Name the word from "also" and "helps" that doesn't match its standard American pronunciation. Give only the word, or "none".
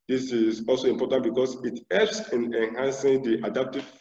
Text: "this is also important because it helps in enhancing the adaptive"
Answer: helps